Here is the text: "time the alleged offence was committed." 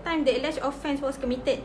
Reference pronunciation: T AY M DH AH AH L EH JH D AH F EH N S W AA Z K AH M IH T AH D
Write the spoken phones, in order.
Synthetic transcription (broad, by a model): T AY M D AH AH L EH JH AH F EH N S W AA S K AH M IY T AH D